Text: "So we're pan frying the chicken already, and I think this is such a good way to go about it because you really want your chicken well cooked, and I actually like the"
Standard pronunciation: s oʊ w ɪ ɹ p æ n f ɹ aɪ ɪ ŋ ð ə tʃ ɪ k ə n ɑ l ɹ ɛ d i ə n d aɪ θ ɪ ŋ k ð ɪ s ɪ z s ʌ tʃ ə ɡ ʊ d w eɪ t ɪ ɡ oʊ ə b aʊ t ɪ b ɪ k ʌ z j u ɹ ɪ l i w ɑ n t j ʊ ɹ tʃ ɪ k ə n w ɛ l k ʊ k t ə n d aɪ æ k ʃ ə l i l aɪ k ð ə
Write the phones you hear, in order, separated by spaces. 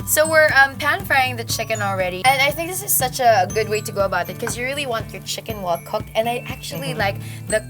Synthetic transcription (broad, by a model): s oʊ w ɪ ɹ p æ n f aɪ ɪ ŋ ð ə tʃ ɪ k ə n l ɹ ɛ d i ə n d aɪ θ ɪ ŋ k ð ɪ s ɪ z s ʌ tʃ ə ɡ ʊ d w eɪ t ɪ ɡ oʊ ə b aʊ t ɪ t k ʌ z j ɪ ɹ ɪ l i w ɑ n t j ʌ ɹ tʃ ɪ k ə n w ɛ l k ʊ k t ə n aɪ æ k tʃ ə l i l aɪ k ð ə